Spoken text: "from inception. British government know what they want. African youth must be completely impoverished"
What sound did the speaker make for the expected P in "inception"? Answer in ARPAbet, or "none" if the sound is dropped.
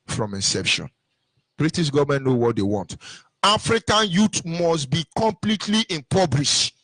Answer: P